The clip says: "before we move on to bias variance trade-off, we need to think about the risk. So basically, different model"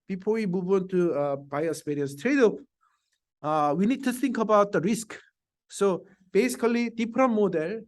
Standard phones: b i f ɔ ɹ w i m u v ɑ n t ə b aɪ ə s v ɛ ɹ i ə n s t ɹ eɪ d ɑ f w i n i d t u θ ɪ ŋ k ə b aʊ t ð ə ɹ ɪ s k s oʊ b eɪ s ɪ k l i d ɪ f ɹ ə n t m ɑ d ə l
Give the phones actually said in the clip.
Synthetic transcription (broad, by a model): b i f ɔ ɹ w i m u v ɑ n t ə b aɪ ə s p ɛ ɹ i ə n s t ɹ eɪ d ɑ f w i n i d t u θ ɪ ŋ k ə b aʊ t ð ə ɹ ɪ s k s oʊ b eɪ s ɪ k l i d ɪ p ɹ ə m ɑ d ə l